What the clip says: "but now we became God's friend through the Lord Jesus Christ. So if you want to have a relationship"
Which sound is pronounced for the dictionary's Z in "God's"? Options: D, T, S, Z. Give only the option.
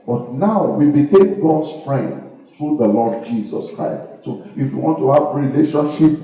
S